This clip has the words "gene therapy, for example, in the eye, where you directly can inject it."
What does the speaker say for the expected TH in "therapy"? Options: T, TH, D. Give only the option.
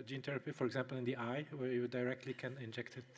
T